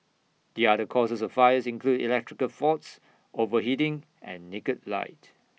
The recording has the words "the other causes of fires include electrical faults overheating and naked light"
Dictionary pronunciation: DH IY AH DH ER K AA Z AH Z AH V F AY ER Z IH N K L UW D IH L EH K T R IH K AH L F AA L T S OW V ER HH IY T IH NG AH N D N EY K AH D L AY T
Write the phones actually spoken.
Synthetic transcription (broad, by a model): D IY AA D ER K AA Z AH S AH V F AY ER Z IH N K L UW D IH L EH K T R IH K AH L F AA T S OW V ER HH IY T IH NG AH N N EY K AH D L AY T